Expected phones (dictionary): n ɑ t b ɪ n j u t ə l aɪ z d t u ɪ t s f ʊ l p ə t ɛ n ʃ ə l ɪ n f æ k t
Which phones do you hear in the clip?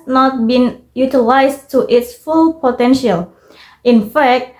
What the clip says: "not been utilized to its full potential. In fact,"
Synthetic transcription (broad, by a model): n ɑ t b ɪ n j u t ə l aɪ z t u ɪ t s f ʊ l p ə t ɛ n ʃ ə l ɪ n f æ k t